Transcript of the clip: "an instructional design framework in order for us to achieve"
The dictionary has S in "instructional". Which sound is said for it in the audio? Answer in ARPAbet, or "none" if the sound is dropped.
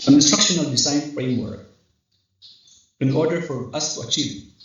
S